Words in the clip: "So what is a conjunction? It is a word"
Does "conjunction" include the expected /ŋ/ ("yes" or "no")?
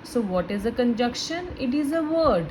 no